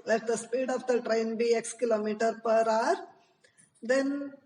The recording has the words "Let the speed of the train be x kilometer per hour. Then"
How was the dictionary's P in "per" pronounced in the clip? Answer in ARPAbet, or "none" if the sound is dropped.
P